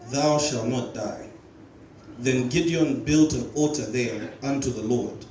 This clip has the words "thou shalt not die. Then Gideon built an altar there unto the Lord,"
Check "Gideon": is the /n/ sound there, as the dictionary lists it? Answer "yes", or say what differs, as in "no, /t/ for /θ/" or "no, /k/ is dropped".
yes